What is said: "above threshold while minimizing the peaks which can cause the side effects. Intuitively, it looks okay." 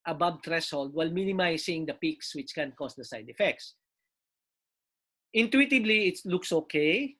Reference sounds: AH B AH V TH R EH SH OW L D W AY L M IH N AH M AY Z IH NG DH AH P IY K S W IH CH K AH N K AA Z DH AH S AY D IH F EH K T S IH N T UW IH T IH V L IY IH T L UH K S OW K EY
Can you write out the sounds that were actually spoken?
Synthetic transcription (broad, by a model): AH B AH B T R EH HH OW L D W AY L M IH N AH M AY S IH NG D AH P IY K S W IH CH K AH N K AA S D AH S AY D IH F EH K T S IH N T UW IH T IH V L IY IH T L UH K S OW K EY